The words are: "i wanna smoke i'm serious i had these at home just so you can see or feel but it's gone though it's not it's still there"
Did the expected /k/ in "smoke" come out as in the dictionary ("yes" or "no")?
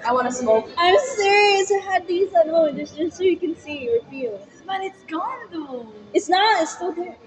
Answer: no